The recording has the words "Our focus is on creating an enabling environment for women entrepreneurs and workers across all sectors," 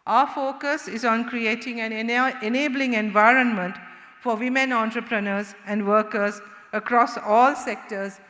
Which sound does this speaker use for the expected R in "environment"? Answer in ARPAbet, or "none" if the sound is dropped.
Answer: R